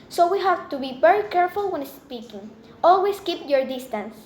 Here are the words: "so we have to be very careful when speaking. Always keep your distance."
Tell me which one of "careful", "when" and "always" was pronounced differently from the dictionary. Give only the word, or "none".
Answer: always